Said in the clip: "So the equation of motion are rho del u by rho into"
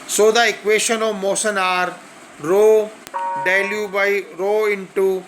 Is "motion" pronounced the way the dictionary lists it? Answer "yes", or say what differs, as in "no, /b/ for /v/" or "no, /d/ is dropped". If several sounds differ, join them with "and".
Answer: no, /s/ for /ʃ/